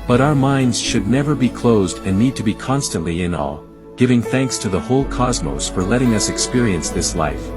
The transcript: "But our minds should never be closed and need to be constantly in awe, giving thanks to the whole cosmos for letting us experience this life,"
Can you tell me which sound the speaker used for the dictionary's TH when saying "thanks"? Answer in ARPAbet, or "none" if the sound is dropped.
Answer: TH